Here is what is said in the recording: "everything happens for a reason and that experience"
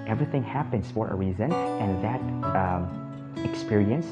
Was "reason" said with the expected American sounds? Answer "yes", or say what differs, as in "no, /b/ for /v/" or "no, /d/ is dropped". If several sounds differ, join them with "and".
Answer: yes